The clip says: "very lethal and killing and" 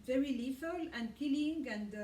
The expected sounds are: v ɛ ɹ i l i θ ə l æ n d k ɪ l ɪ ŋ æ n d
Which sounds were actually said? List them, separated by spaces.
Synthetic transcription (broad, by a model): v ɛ ɹ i l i f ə l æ n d k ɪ l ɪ ŋ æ n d